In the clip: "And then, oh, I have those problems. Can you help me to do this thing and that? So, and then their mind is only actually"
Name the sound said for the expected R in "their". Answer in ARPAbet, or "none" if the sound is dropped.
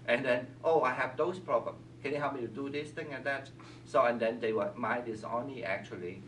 W